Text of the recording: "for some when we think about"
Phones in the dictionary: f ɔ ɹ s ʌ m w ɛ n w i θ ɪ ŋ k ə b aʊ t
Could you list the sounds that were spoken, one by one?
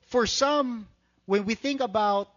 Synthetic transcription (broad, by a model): f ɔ ɹ s ʌ m w ɛ n w i θ ɪ ŋ k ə b aʊ t